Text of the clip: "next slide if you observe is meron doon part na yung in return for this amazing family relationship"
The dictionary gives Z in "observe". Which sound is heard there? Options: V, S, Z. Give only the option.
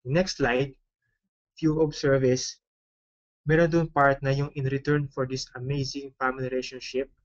S